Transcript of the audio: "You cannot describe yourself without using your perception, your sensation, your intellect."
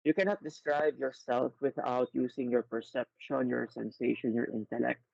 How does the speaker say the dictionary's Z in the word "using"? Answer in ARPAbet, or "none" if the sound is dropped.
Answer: S